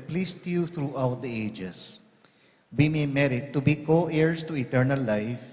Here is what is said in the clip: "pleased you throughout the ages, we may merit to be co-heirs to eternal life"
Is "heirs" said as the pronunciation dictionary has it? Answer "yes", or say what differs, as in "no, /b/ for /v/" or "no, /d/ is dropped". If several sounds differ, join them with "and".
no, /s/ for /z/